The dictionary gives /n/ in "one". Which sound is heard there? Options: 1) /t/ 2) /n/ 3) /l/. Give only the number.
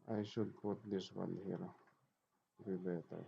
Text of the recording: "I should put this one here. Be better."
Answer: 3